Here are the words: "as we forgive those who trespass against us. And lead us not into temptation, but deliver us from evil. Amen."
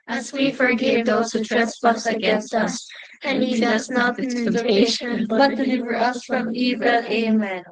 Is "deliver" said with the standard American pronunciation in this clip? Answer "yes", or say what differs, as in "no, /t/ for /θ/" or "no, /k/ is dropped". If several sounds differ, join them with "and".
yes